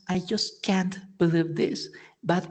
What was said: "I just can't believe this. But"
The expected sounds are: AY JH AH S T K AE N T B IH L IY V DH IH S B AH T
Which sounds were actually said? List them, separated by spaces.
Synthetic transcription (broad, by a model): AY JH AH S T K AE N T B IH L IY V DH IH S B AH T